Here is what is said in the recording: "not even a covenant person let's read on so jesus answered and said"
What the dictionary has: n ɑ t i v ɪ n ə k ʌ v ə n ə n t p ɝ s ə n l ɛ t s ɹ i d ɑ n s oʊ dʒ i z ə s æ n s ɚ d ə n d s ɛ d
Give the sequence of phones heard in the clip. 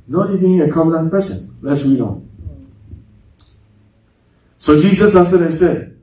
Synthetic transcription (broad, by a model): n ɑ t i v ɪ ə k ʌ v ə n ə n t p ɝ s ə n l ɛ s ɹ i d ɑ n s oʊ dʒ i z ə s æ s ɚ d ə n s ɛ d